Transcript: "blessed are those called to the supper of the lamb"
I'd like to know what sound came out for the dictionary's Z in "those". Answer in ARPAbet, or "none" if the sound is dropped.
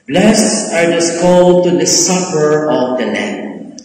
S